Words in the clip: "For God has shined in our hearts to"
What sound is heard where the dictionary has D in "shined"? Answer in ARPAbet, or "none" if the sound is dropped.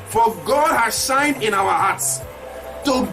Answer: D